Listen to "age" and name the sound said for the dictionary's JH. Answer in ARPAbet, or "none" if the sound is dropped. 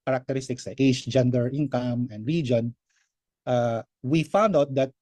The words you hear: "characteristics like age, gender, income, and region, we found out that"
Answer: SH